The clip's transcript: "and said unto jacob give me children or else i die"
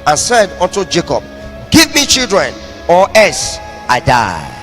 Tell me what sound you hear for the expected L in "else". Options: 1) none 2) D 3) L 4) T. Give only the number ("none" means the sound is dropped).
1